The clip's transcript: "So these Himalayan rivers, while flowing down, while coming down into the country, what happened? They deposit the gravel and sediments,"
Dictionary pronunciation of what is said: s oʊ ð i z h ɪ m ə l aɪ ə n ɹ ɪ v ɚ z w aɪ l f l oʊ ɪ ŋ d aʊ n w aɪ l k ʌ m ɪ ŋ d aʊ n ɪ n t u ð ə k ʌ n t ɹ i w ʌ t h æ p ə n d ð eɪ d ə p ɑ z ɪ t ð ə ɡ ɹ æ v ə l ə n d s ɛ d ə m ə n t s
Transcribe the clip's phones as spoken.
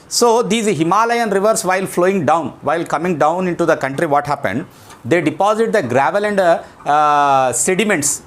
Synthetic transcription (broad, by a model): s oʊ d i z h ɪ m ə l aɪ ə n ɹ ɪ v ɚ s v aɪ l f l oʊ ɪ ŋ d aʊ n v aɪ l k ʌ m ɪ ŋ d aʊ n ɪ n t u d ə k ʌ n t ɹ i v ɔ t h æ p ə n d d eɪ d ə p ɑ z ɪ t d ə ɡ ɹ æ v ə l ə n d s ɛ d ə m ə n t s